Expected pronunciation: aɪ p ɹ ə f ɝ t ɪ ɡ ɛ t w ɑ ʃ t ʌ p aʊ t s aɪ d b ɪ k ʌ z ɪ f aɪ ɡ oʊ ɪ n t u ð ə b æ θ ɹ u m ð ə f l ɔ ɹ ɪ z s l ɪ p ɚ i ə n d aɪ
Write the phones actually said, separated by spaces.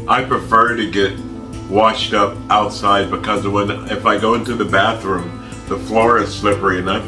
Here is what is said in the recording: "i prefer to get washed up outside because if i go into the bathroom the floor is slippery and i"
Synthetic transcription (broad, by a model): aɪ p ɹ ə f ɝ t ɪ ɡ ɛ t w ɑ ʃ t ʌ p aʊ t s aɪ d b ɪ k ʌ z ɪ f aɪ ɡ oʊ ɪ n t u ð ə b æ θ ɹ u m ð ə f l ɔ ɹ ɪ z s l ɪ p ɚ i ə n aɪ